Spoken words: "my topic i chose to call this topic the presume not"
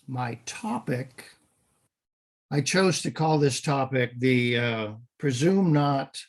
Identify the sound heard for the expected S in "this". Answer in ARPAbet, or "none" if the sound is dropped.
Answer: S